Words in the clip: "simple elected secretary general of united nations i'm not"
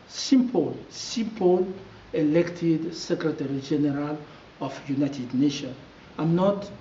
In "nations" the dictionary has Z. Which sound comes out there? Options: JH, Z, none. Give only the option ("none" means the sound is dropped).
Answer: none